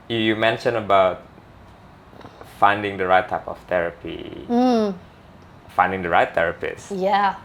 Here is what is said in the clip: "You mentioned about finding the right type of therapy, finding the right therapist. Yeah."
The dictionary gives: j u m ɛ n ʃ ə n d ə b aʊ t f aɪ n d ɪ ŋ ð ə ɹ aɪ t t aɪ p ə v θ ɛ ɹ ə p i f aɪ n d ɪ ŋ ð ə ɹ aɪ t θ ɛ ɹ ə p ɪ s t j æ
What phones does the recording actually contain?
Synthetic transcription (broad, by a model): j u m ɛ n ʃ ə n ə b aʊ t f aɪ n d ɪ ŋ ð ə ɹ aɪ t t aɪ p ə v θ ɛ ɹ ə p i f aɪ n d ɪ ŋ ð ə ɹ aɪ t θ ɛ ɹ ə p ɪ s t j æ